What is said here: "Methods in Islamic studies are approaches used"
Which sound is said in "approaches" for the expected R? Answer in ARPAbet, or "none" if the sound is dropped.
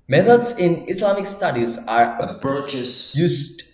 none